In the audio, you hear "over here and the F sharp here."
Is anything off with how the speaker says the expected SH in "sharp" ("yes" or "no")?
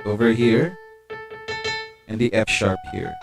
no